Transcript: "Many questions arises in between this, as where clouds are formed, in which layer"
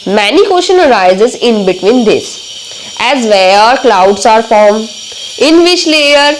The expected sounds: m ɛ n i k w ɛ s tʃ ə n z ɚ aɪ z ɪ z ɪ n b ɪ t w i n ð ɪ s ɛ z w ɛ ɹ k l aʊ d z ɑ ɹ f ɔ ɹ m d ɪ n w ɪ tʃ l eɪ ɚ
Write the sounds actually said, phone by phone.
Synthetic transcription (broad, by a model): m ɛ n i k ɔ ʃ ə n ɚ aɪ z ɪ z ɪ n b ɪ t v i n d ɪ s ɛ z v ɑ ɹ k l aʊ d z ɑ ɹ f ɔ ɹ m ɪ n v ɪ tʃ l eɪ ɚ